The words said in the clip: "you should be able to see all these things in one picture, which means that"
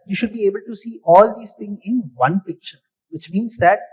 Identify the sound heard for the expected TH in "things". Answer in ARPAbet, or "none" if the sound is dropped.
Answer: T